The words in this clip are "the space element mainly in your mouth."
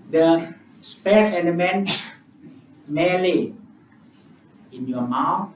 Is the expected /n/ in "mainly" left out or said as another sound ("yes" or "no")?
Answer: yes